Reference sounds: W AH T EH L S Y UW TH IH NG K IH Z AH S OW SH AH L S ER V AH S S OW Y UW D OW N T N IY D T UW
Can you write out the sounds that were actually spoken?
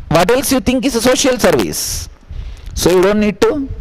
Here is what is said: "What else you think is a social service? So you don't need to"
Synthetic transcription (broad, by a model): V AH T EH L S Y UW T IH NG K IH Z AH S OW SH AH L S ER V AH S S OW Y UW D OW N T N IY D T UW